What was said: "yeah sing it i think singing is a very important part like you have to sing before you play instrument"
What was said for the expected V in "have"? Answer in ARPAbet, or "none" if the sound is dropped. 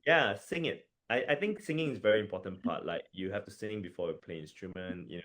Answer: F